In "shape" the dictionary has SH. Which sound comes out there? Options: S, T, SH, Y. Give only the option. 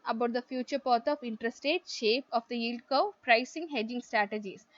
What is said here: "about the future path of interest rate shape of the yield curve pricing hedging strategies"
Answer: SH